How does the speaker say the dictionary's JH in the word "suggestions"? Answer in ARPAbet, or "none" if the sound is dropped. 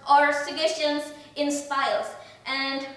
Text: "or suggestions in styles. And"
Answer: none